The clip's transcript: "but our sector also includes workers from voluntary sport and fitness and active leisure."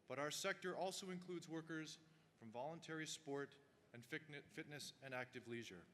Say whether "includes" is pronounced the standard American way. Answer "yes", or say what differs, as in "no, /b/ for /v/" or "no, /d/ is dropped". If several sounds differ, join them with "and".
yes